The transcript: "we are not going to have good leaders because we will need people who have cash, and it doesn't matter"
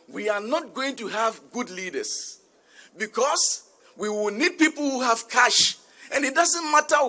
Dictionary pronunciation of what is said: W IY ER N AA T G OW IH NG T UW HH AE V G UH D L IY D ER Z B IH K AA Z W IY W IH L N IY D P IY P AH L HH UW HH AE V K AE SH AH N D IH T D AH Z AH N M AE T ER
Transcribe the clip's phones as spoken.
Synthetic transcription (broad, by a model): W IY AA N AA T G OW IH NG T UW HH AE V G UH D L IY D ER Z B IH K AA S W IY W IH L N IY D P IY P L HH UW HH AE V K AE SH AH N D IH T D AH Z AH N M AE T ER